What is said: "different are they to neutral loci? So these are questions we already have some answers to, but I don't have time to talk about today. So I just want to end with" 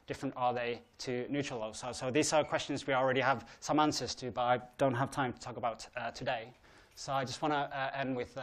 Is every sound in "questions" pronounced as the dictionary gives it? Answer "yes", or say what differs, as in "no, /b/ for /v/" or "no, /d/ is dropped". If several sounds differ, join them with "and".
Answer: yes